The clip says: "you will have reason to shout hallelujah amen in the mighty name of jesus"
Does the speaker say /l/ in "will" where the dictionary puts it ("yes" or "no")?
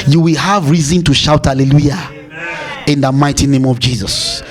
yes